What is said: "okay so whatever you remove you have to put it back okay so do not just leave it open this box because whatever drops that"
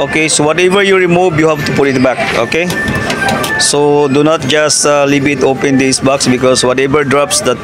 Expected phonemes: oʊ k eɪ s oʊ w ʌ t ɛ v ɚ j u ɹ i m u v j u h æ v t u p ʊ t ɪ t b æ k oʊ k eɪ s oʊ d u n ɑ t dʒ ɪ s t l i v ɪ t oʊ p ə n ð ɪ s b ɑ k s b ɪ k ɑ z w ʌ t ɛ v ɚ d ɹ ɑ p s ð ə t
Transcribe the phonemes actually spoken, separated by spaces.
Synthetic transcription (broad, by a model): oʊ k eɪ s oʊ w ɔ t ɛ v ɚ j u ɹ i m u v j u h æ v t u p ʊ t ɪ t b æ k oʊ k eɪ s oʊ d u n ɑ t dʒ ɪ s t l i b ɪ t oʊ p ə n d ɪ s b ɑ k s b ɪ k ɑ s w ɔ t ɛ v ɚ d ɹ ɑ p s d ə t